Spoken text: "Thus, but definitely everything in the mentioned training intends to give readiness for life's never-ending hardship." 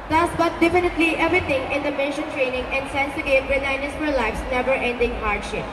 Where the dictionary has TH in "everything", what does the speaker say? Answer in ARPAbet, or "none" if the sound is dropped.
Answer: T